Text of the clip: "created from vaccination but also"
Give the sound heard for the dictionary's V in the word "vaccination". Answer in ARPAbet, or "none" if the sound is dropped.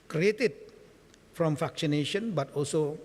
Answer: F